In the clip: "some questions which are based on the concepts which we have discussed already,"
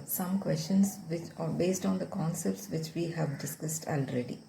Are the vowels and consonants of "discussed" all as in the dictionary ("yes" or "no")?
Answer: yes